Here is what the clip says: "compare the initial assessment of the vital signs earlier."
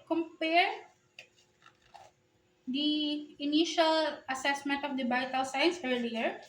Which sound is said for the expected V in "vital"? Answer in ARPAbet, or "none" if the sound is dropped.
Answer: B